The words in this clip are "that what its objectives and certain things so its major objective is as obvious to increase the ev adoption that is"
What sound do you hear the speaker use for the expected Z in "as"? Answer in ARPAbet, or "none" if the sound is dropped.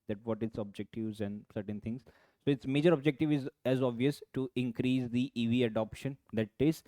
Z